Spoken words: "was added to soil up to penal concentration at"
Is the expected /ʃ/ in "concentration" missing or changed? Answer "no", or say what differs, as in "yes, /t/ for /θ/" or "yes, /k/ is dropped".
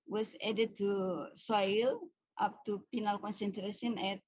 yes, /s/ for /ʃ/